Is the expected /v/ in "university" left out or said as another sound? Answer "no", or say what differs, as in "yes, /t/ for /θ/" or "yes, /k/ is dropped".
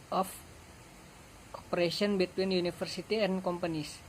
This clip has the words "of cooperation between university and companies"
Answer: yes, /f/ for /v/